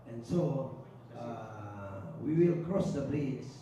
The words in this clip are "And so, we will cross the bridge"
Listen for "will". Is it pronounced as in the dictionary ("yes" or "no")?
yes